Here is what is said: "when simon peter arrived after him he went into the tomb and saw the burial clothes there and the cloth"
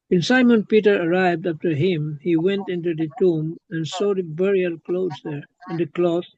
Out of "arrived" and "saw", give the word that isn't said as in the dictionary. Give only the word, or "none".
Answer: none